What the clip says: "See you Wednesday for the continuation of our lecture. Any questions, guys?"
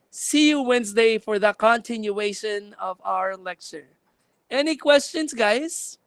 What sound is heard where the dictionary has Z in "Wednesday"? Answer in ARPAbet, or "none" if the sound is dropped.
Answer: Z